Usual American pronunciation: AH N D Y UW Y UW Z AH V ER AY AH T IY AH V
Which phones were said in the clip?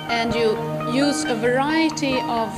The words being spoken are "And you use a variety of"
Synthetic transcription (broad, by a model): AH N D Y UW Y UW Z AH V ER AY AH T IY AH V